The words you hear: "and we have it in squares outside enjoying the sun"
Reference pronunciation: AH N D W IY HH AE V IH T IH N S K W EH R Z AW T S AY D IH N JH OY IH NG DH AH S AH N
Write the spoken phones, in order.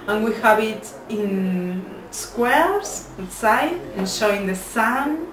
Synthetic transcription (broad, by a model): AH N W IY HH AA B IH T IH N S K W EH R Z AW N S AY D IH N SH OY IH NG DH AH S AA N